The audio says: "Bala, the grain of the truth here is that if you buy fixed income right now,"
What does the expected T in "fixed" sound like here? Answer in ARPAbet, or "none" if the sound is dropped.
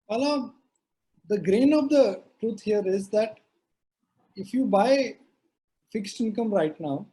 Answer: T